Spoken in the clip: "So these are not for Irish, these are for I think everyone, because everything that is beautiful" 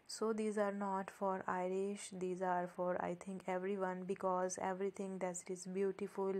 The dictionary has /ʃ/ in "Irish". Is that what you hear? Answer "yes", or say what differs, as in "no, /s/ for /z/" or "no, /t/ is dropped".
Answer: yes